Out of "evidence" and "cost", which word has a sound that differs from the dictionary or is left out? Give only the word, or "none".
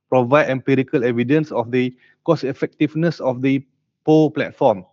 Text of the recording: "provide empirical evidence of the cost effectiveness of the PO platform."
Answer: cost